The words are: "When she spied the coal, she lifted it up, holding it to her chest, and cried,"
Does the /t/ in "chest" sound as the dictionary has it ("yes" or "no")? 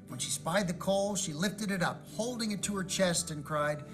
yes